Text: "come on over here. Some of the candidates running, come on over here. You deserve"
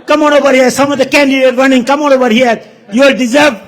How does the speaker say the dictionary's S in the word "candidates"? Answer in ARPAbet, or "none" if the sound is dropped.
none